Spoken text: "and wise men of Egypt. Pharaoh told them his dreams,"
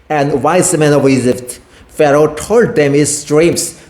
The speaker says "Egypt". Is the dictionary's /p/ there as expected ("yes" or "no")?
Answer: no